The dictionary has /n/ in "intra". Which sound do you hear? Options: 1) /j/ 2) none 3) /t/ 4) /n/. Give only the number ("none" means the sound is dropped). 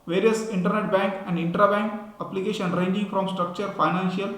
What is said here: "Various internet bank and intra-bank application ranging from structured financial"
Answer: 4